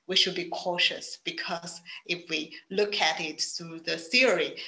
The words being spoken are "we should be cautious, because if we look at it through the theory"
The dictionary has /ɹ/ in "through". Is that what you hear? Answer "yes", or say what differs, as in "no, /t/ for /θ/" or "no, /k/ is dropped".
no, /ɹ/ is dropped